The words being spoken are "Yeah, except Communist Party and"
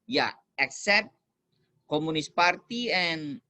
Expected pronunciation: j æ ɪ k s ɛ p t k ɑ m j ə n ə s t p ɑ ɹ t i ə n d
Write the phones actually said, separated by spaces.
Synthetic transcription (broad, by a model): j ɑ ɪ k s ɛ p t k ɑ m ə n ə s p ɑ ɹ t i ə n